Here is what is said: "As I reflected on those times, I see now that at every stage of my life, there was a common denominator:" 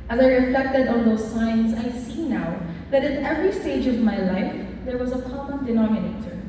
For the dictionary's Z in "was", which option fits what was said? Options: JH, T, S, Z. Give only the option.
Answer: Z